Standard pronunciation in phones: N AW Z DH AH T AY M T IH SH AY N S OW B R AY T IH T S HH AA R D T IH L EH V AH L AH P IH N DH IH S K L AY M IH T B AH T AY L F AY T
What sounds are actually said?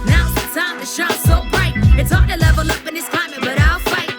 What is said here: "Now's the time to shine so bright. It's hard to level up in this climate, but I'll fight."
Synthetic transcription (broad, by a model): N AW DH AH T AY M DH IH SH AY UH S OW B R AY T IH T S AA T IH L EH V AH L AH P IH N DH IH S K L AY M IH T B AH T AY L F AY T